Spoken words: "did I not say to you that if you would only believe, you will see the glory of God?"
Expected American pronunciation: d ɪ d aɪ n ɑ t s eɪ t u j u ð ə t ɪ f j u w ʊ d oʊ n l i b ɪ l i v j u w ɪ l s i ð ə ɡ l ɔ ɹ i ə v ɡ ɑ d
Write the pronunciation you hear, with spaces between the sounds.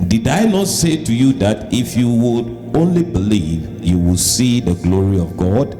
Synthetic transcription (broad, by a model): d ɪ d aɪ n ɑ t s eɪ t u j u ð ə t ɪ f j u w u d oʊ n l i b ɪ l i v j u w ɪ l s i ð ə ɡ l ɔ ɹ i ə v ɡ ɑ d